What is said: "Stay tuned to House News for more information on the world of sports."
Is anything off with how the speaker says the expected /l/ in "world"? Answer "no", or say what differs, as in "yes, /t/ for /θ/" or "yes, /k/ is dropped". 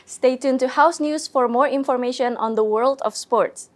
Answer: no